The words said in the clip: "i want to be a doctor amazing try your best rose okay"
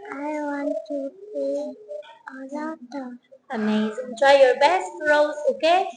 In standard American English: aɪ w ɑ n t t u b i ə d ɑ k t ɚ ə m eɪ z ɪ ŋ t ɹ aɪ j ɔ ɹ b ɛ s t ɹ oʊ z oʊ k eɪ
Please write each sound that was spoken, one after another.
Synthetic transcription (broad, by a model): aɪ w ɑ n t t u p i ə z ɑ t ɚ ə m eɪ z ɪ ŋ t ɹ aɪ j ɔ ɹ b ɛ s t ɹ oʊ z oʊ k eɪ